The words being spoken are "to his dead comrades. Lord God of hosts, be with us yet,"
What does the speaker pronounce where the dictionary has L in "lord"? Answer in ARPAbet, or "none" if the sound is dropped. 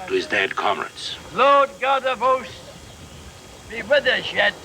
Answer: L